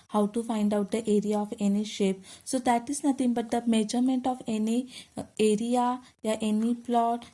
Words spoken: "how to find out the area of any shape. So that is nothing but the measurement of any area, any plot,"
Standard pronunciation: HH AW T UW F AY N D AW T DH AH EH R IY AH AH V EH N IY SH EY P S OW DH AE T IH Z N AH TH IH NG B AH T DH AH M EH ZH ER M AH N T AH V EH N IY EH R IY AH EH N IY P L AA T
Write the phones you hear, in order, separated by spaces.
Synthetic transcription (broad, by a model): HH AW T UW F AY N D AW T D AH EH R IY AH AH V EH N IY SH EY P S OW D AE T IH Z N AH T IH NG B AH T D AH M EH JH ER M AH N T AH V EH N IY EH R IY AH EH N IY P L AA T